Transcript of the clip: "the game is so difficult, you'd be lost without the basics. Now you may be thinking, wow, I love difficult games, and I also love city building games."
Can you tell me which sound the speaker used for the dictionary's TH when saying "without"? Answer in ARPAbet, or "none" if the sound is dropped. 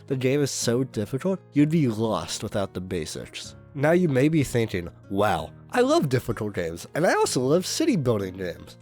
TH